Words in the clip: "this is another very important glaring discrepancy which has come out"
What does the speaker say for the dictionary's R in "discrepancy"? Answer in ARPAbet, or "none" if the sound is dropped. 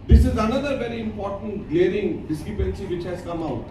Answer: none